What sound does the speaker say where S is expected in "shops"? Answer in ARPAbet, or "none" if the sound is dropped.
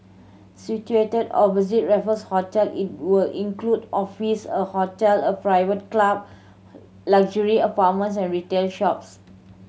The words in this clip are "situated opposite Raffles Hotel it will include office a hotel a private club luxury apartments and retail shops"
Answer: S